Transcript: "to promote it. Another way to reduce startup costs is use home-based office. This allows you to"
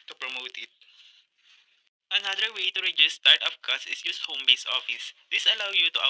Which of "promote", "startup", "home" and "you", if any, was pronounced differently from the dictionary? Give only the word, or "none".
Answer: startup